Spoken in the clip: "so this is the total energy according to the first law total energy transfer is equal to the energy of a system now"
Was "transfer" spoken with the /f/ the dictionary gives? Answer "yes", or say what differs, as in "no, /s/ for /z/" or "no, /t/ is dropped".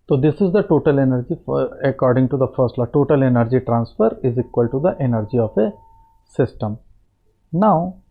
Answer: yes